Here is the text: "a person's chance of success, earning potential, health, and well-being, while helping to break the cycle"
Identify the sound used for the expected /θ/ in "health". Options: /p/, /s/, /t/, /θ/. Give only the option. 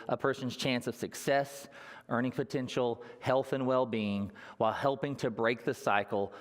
/θ/